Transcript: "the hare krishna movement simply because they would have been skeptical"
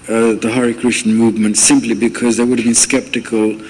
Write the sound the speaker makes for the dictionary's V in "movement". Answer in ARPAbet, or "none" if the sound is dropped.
V